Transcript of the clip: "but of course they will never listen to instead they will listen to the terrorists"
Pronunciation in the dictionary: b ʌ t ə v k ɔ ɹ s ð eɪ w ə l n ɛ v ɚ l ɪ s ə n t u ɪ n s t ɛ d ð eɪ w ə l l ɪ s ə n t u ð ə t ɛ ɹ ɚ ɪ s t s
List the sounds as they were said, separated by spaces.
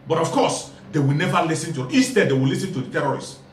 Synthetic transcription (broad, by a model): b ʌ t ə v k ɔ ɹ s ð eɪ w ə l n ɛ v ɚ l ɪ s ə n t u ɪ s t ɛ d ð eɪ w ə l l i s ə n t u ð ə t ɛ ɹ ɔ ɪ s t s